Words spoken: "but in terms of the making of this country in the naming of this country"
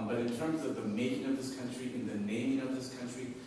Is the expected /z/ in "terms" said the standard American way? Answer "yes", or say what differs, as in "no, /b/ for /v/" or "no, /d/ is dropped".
yes